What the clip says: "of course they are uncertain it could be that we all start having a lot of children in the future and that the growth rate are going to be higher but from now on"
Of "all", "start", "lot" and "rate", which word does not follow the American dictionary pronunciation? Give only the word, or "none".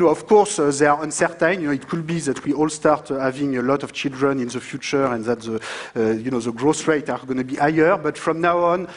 none